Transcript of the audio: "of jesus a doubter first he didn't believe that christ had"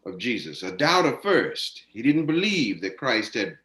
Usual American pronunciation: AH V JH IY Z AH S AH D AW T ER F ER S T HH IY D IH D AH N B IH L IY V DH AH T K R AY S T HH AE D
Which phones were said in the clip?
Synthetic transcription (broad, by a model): AH V JH IY Z AH S AH D AW T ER F ER S T HH IY D IH D N B IH L IY V DH AH T K R AY S T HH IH D